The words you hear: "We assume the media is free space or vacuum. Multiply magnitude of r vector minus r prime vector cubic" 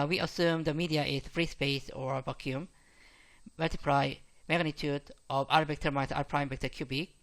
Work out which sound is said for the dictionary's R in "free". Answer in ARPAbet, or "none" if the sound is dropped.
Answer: R